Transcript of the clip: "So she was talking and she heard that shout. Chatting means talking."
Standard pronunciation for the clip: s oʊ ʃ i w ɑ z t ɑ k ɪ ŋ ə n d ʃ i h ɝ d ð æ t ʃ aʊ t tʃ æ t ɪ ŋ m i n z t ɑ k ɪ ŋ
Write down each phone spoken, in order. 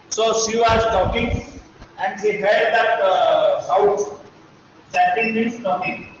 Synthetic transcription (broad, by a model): s oʊ ʃ i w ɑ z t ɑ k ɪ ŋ ə n d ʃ i h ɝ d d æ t s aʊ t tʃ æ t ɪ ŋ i z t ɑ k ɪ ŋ